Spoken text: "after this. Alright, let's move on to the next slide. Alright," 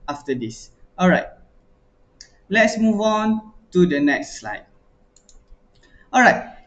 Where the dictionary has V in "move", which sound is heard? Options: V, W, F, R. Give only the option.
V